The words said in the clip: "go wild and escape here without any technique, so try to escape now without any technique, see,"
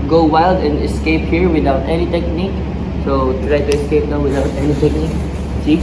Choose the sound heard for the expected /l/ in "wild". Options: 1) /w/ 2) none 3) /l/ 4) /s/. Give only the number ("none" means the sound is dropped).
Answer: 3